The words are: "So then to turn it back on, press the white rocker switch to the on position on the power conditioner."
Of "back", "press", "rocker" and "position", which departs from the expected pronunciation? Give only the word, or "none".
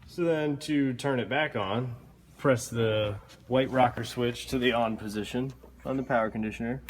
none